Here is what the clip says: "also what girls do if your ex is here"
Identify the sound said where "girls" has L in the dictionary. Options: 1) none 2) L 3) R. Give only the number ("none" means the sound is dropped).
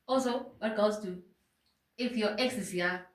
1